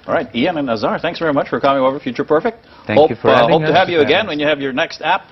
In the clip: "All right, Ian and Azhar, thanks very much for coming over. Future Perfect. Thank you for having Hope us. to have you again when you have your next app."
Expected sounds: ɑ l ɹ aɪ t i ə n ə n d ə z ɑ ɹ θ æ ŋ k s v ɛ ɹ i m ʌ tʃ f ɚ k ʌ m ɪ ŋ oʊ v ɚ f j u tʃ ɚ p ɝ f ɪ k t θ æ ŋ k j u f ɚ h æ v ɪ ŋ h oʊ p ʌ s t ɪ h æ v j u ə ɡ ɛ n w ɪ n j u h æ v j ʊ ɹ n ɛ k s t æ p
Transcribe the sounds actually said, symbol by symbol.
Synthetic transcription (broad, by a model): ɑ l ɹ aɪ t i ə n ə n ə z ɑ ɹ θ æ ŋ k s v ɛ ɹ i m ʌ tʃ f ɚ k ʌ m ɪ ŋ oʊ v ɚ f j u tʃ ɚ p ɝ f ɪ k t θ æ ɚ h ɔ ɪ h oʊ ʊ t ɪ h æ v j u ə ɡ ɛ n w ɪ n j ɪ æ v j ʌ ɹ n ɛ k s t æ p